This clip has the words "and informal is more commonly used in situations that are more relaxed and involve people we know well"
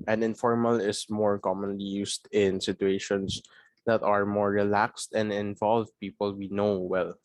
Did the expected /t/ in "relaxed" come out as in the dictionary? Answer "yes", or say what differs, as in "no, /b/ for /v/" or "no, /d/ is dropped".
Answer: yes